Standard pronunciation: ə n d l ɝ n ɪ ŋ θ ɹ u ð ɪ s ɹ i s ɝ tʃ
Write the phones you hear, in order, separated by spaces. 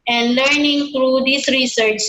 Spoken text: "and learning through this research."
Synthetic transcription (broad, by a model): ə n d l ɝ n ɪ ŋ t ɹ u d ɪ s ɹ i s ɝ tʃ